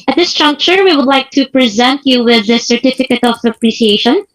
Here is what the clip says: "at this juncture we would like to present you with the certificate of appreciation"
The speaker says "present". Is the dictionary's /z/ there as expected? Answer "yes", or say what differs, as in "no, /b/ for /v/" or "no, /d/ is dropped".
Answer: yes